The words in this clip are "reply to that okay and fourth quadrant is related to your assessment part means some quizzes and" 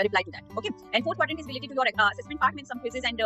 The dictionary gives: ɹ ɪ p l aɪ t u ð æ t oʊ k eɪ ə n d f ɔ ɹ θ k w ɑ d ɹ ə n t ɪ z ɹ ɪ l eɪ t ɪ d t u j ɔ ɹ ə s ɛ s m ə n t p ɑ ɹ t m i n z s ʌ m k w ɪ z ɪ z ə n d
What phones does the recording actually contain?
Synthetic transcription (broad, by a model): ɹ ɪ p l aɪ t u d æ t oʊ k eɪ ə n d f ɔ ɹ t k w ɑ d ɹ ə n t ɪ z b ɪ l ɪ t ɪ t u j ɔ ɹ ə s ɛ s m ə n t p ɑ ɹ t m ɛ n s ʌ m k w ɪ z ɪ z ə n d